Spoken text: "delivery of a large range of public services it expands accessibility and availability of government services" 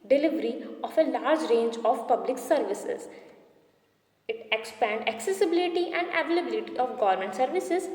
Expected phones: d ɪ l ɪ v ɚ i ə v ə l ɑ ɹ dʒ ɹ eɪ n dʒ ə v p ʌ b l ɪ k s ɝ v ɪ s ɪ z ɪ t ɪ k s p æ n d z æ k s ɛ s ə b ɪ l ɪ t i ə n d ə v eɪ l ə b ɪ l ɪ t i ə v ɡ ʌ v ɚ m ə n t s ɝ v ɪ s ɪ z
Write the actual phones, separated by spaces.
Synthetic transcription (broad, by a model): d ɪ l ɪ v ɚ i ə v ə l ɑ ɹ dʒ ɹ eɪ n dʒ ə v p ʌ b l ɪ k s ɝ v ɪ s ɪ z ɪ t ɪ k s p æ n d æ k s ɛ s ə b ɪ l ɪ t i ə n d ə v eɪ l ə b ɪ l ɪ t i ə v ɡ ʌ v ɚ m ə n t s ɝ v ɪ s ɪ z